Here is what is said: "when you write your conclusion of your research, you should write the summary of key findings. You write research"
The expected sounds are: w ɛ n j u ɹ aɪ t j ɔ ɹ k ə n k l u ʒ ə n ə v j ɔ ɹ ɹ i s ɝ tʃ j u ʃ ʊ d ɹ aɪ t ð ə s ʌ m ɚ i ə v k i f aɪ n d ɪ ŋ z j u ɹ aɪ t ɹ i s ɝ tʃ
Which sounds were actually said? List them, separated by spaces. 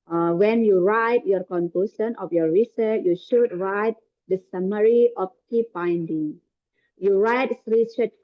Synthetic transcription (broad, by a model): w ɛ n j u ɹ aɪ t j ɔ ɹ k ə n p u s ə n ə f j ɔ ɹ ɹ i s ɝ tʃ j u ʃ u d ɹ aɪ t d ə s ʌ m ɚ i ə f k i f aɪ n d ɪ ŋ j u ɹ aɪ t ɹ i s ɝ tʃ